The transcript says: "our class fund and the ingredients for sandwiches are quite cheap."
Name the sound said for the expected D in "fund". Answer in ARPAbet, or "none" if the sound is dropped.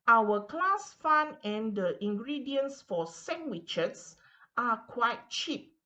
none